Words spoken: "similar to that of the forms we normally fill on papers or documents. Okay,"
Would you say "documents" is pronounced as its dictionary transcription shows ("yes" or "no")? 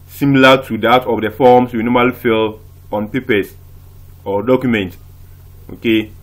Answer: no